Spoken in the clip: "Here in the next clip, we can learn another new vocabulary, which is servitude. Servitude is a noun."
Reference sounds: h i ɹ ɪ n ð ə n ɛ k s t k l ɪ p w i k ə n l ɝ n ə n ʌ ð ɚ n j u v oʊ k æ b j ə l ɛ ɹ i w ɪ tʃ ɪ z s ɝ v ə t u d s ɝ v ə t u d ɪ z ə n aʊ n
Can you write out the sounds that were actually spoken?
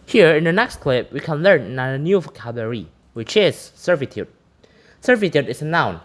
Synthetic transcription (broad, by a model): h i ɹ ɪ n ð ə n ɛ k s t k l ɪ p w i k ə n l ɝ n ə n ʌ ɚ n j u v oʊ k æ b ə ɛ ɹ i w ɪ tʃ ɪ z s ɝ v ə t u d s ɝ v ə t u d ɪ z ə n aʊ n